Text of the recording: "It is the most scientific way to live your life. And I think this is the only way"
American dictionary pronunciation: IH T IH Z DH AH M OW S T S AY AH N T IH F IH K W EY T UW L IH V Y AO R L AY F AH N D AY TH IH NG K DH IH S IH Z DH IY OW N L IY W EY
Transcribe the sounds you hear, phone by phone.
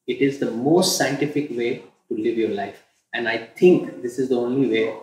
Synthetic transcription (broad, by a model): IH T IH Z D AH M OW S T S AY AH N T IH F IH K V EY T UW L IH V Y AO R L AY F AH N D AY T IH NG K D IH S IH Z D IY OW N L IY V EY